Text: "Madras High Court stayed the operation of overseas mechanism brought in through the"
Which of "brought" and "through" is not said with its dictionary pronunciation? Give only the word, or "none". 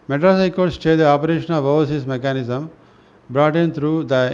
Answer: through